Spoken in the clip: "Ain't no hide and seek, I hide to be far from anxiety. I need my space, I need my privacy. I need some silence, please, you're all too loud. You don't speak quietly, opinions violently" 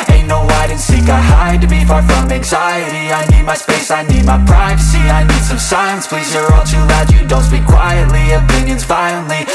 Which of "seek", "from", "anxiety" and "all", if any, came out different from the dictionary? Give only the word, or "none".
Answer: none